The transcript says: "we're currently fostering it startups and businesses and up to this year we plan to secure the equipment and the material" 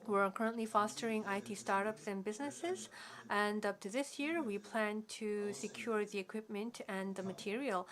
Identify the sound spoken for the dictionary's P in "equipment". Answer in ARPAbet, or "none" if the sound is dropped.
P